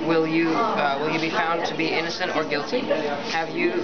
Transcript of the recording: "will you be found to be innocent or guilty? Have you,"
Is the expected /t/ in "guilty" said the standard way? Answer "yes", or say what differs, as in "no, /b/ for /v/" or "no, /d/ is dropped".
yes